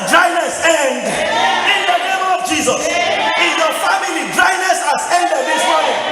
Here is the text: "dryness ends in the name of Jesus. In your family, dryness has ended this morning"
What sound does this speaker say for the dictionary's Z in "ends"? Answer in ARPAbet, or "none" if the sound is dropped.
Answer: none